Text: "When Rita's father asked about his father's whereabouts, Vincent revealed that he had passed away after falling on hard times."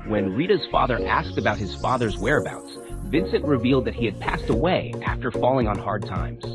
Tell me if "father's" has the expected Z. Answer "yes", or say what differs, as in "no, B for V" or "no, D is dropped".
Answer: yes